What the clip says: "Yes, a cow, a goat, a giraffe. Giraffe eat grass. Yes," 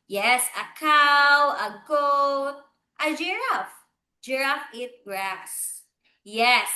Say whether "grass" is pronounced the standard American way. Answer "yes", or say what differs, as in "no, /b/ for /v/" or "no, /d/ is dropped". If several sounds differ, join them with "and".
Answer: yes